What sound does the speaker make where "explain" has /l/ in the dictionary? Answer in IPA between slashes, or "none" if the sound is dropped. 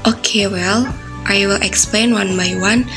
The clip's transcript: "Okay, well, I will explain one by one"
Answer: /l/